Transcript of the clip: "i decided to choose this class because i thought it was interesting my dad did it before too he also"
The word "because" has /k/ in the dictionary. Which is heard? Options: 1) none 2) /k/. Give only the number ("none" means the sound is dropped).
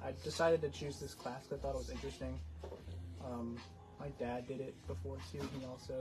1